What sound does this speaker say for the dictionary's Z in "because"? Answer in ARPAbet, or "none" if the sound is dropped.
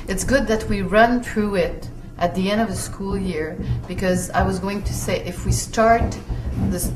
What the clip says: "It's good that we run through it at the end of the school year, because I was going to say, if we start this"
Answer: Z